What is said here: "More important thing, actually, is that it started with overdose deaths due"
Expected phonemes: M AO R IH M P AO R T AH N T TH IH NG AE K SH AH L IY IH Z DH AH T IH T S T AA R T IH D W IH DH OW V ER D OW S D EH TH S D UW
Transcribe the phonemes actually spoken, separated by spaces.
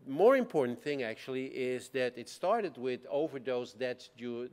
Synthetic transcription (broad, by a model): M AO R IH M P AO R T N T TH IH NG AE K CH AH L IY IH Z DH AH T IH T S T AA R T IH D W IH DH OW V ER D OW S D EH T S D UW